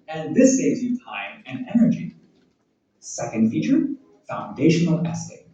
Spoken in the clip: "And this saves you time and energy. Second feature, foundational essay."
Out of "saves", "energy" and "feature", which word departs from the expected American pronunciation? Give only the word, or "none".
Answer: none